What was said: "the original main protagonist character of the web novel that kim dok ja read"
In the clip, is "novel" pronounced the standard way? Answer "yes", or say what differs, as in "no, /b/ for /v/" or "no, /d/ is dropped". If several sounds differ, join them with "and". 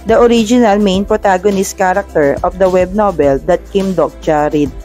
no, /b/ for /v/